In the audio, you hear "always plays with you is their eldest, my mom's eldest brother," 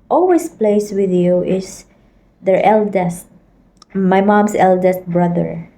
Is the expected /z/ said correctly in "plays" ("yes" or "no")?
no